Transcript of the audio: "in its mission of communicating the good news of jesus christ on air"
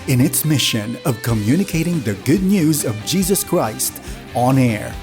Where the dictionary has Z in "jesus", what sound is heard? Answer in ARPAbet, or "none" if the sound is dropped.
Z